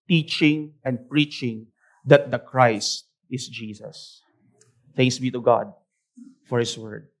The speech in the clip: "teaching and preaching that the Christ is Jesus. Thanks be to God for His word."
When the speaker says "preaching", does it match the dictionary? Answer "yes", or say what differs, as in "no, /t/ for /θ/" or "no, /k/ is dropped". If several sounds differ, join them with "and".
yes